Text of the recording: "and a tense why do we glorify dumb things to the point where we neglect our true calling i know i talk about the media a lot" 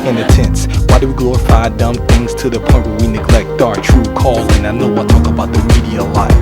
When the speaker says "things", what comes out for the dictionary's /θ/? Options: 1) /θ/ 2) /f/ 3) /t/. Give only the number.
1